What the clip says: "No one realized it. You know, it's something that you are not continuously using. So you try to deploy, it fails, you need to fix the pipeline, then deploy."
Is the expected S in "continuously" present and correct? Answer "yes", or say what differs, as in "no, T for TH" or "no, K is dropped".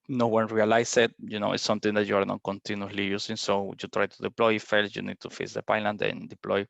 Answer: no, S is dropped